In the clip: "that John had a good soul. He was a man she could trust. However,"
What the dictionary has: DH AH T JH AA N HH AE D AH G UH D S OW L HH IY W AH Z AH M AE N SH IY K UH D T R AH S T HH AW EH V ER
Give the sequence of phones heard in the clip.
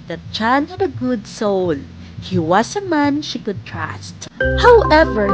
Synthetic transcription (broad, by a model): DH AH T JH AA N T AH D AH G UH D S OW L HH IY W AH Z AH M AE N SH IY K UH D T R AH S T HH AW EH V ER